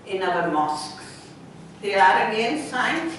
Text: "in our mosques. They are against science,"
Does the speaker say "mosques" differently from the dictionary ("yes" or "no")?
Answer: no